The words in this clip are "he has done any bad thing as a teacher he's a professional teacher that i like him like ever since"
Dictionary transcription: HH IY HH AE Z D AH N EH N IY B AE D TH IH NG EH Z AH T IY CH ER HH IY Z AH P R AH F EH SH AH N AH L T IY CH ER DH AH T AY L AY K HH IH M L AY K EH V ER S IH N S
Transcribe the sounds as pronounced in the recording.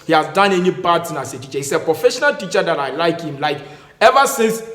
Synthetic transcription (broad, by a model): HH IY HH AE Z D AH N EH N IY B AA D S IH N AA S AH T IY CH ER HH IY S AH P R AH F EH SH AH N AH L T IY CH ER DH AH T AY L AY K HH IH M L AY K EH V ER S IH N S